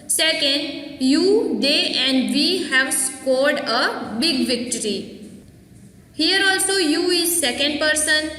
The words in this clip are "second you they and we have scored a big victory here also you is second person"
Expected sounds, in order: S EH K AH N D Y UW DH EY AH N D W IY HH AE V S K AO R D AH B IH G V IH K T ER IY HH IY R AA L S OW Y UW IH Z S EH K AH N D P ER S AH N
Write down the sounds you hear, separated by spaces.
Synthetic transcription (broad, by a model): S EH K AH N D Y UW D EY AH N D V IY HH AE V S K AO R D AH B IH G V IH K T ER IY HH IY R AA L S OW Y UW IH Z S EH K AH N D P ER S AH N